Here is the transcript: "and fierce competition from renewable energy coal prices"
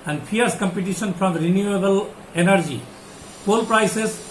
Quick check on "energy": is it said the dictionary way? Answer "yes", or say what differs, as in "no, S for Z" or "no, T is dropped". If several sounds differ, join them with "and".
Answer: yes